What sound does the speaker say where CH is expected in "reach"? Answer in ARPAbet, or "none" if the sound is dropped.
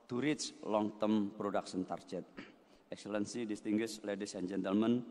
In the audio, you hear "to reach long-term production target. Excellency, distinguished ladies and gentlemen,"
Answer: S